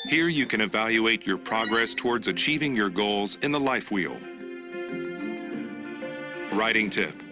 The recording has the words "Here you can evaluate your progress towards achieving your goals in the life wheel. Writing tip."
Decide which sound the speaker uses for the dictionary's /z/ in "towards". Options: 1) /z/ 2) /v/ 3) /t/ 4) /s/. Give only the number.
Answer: 1